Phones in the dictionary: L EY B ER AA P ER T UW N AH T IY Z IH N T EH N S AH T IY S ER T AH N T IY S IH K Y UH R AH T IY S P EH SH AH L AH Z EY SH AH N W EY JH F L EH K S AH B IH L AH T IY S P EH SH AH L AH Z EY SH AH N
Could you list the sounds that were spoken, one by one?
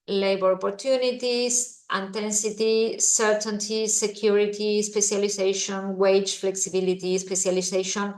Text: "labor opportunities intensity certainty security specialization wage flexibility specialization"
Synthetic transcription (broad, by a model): L EY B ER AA P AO T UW N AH T IY S IH N T EH N S AH T IY S ER T AH N T IY S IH K Y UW R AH T IY S P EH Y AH L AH S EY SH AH N W EY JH F L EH K S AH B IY L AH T IY S P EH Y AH L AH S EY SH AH N